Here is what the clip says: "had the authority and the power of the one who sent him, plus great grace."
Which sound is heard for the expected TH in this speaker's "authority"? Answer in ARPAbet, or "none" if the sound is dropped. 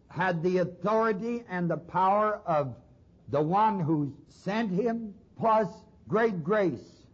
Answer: TH